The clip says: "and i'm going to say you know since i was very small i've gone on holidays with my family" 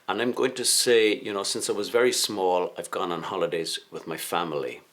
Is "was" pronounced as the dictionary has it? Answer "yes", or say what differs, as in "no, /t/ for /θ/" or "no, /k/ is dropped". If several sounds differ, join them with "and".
yes